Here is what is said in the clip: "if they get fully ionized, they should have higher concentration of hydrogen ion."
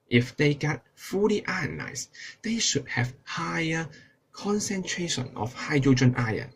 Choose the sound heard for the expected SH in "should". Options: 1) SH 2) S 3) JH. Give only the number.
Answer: 1